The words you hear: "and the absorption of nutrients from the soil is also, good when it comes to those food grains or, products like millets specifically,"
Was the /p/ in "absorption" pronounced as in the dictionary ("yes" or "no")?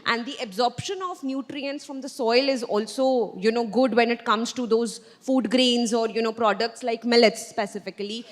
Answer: yes